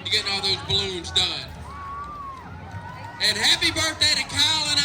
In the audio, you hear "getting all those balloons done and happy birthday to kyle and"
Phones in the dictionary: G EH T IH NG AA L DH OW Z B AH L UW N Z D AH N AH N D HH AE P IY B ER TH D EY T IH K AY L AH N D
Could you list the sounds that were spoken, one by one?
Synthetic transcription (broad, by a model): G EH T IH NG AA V DH OW Z B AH L UW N Z D AH N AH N HH AE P IY B ER TH D EY T IH K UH L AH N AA